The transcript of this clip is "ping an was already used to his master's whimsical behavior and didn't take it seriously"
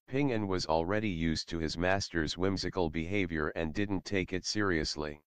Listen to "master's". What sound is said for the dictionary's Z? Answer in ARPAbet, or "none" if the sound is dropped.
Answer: Z